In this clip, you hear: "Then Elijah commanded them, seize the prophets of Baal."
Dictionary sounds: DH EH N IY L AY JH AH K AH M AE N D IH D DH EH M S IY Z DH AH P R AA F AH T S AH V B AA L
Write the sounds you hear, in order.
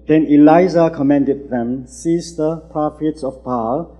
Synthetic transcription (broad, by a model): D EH N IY L AY Z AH K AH M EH N D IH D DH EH M S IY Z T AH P R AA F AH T S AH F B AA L